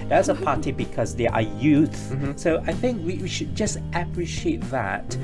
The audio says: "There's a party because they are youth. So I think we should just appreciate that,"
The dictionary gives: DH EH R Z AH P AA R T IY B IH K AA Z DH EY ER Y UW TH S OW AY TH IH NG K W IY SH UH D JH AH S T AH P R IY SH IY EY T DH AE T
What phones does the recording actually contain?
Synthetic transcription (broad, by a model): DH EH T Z AH P AA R T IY B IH K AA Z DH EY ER Y UW TH S OW AY TH IH NG K W IY SH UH D JH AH S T AH P R IY SH IY EY T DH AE T